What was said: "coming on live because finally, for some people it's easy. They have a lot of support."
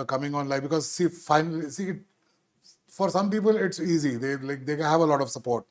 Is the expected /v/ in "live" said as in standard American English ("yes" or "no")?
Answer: no